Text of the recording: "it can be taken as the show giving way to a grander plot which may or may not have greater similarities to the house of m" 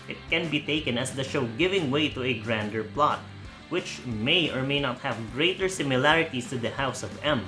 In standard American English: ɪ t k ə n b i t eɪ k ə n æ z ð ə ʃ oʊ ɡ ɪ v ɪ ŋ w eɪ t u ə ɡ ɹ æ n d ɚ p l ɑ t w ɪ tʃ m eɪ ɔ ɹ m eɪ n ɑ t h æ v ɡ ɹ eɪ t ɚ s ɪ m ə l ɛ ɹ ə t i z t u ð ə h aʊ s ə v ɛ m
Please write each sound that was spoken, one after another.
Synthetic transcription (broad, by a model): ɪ t k ə n b i t eɪ k ə n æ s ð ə ʃ oʊ ɡ ɪ v ɪ ŋ w eɪ t u ə ɡ ɹ æ n d ɚ p l ɑ t w ɪ tʃ m eɪ ɔ ɹ m eɪ n ɑ t h æ v ɡ ɹ eɪ t ɚ s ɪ m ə l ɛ ɹ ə t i s t u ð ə h aʊ s ə v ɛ m